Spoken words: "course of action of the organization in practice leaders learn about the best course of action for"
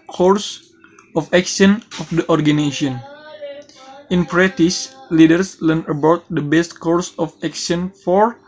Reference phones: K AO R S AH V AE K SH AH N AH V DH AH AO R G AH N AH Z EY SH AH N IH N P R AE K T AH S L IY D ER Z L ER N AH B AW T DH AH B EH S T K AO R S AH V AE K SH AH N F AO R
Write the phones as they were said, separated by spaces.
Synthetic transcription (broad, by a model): K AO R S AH F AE K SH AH N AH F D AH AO R G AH N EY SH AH N IH N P R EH T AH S L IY D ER S L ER N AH B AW T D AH B EH S T K AO R S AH F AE K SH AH N F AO R